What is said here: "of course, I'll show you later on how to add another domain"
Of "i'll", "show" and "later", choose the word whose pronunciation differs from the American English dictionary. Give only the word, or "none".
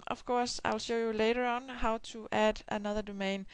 none